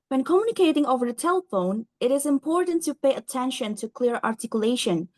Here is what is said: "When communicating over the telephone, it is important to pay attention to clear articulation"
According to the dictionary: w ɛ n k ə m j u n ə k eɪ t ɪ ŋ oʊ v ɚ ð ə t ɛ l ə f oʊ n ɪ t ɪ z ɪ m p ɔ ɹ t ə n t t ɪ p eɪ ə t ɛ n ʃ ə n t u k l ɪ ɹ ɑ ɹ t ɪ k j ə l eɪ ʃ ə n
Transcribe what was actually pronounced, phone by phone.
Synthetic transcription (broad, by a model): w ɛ n k ə m j u n ə k eɪ t ɪ ŋ oʊ v ɚ ð ə t ɛ l ə f oʊ n ɪ t ɪ z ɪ m p ɔ ɹ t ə n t t ɪ p eɪ ə t ɛ n ʃ ə n t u k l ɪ ɹ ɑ ɹ t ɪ k j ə l eɪ ʃ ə n